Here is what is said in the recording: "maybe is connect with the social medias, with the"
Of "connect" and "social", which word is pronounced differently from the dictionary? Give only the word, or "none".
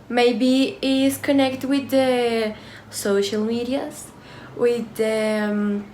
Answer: none